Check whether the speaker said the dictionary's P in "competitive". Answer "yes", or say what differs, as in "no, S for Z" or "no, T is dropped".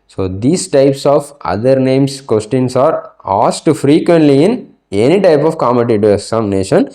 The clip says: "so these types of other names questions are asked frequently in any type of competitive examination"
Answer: no, P is dropped